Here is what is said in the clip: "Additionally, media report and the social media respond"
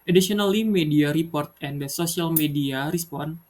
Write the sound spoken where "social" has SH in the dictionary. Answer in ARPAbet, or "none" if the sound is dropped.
S